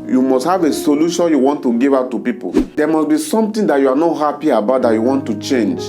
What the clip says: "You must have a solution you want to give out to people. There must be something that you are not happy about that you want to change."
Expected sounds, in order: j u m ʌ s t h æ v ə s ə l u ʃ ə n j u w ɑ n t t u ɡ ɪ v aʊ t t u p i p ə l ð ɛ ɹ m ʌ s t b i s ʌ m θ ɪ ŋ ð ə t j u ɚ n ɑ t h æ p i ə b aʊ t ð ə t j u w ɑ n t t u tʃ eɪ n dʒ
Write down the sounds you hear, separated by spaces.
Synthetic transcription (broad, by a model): j u m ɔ s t h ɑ v ə s ə l u ʃ ə n j u w ɑ n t t u ɡ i v aʊ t t u p i p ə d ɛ m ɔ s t b i s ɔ m t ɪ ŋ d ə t j u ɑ n ɑ t h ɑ p i ə b aʊ t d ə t j u w ɑ n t t u tʃ eɪ n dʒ